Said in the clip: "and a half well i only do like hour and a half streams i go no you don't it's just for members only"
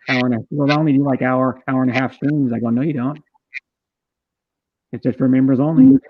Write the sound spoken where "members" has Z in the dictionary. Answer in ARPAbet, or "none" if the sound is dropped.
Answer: Z